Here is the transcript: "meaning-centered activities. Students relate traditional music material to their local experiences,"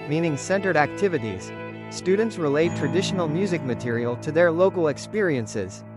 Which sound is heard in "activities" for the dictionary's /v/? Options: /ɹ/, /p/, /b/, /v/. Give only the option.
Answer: /v/